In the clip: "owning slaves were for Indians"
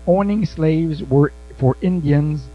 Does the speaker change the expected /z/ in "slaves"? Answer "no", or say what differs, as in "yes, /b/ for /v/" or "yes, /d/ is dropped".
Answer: no